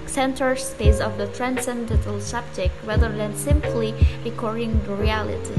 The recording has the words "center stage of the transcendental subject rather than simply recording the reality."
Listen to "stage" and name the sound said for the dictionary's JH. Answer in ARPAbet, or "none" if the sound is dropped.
Z